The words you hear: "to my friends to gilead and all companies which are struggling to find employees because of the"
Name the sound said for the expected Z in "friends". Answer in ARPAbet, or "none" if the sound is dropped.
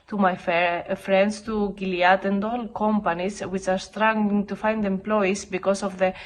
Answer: S